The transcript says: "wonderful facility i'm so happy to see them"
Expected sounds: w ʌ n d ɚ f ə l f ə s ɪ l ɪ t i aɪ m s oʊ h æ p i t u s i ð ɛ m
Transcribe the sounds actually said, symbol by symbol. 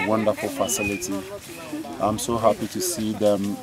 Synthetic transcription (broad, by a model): w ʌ n d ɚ f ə l f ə s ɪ l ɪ t i aɪ m s oʊ h æ p i t u s i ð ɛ m